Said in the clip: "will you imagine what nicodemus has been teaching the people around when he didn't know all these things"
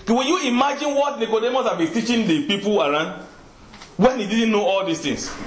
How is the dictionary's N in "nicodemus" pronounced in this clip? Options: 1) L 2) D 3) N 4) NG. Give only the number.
3